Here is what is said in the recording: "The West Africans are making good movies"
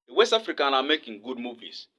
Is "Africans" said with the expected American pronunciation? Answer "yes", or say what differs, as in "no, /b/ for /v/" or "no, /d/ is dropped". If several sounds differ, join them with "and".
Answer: no, /z/ is dropped